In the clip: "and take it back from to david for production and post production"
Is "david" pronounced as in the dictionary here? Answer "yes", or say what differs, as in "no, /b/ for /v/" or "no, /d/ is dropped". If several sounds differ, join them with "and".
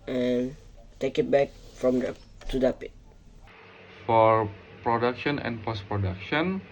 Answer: no, /p/ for /v/